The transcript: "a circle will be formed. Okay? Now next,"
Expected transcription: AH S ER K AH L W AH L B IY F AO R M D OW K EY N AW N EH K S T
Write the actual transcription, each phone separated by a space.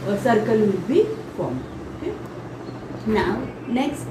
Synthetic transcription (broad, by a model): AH S ER K AH L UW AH B IY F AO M OW K EY N AW N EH K S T